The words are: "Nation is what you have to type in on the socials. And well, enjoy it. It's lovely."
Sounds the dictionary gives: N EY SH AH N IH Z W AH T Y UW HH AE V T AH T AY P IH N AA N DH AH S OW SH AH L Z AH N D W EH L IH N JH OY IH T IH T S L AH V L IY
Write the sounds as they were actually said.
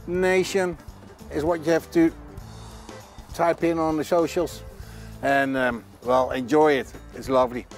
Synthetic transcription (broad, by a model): N EY SH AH N IH Z W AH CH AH HH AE F T AH T AY P IH N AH N DH AH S OW SH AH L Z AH N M W EH L IH N JH OY IH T IH T S L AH V L IY